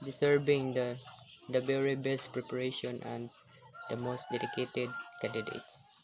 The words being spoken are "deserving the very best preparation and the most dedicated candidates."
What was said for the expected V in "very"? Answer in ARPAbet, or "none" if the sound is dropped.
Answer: B